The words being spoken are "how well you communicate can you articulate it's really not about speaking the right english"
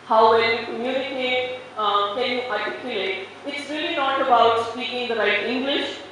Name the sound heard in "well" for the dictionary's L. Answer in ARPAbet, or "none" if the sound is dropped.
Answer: N